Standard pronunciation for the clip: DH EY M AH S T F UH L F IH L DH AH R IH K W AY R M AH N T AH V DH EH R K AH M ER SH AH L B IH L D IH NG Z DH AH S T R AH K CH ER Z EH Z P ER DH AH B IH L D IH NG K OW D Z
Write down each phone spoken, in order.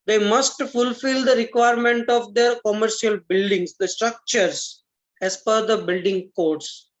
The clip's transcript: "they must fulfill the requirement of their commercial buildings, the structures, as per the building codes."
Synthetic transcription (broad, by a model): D EY M AH S T F UH L F IH L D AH R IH K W AY R M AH N T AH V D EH R K AH M ER SH AH L B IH L D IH NG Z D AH S T R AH K CH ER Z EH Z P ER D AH B IH L D IH NG K OW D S